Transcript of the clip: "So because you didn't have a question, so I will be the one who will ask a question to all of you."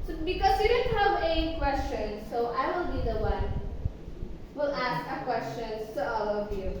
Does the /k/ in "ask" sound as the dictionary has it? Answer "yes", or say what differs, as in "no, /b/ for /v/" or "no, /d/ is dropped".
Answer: yes